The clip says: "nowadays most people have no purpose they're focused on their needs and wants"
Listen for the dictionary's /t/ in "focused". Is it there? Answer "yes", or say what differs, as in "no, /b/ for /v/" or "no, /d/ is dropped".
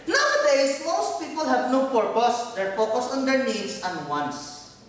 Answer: no, /t/ is dropped